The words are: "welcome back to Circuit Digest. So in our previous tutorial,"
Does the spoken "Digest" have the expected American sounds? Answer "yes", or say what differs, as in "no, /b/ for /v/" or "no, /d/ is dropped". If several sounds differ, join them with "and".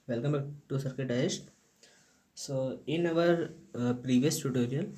no, /dʒ/ is dropped